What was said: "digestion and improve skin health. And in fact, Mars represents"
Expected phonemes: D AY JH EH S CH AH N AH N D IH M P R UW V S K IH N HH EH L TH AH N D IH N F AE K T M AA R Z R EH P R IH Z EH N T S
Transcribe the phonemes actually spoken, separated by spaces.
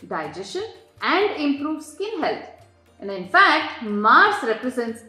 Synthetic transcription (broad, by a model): D AY JH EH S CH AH N AH N D IH M P R UW V S K IH N HH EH L T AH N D IH N F AE K T M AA R S R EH P R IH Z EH N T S